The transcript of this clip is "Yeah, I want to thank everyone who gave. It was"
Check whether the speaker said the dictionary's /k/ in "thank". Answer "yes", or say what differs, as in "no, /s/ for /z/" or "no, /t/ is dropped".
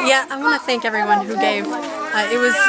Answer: yes